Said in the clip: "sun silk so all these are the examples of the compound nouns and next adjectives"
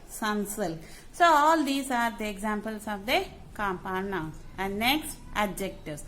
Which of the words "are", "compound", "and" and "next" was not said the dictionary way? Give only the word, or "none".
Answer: compound